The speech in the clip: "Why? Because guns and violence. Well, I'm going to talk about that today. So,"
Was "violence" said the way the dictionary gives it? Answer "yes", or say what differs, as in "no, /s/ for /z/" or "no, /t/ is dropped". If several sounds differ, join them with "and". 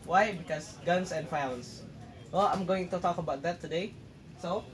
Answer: no, /l/ is dropped